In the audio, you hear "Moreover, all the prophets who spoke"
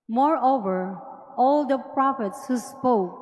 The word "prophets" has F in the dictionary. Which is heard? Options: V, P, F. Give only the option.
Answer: F